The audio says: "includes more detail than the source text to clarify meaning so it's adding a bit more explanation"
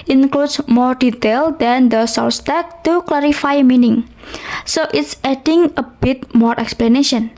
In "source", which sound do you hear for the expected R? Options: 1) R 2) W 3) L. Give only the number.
3